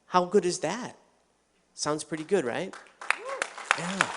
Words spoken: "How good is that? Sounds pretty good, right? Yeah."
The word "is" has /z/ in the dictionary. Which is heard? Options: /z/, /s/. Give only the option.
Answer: /z/